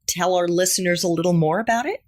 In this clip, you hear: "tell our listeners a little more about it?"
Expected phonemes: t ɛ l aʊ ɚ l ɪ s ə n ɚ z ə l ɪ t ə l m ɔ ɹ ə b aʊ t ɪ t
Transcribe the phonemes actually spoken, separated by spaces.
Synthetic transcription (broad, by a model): t ɛ l aʊ ɚ l ɪ s ə n ɚ z ə l ɪ t l m ɔ ɹ ə b aʊ t ɪ t